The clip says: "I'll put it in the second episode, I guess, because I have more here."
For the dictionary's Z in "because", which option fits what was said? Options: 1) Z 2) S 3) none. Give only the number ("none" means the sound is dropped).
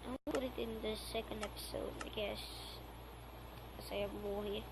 3